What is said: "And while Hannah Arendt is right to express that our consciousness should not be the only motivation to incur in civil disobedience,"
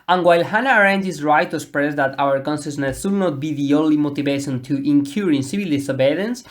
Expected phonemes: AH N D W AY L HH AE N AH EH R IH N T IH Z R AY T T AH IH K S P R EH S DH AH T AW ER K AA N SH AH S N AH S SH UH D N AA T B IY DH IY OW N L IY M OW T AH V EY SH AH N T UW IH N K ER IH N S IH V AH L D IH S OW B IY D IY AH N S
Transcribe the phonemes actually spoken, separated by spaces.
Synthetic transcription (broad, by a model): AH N W AY L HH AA N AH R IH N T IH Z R AY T T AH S P R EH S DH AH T AW ER K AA N S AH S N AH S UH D N AA T B IY DH IY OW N L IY M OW T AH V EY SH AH N T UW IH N K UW IH N S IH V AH L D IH S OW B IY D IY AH N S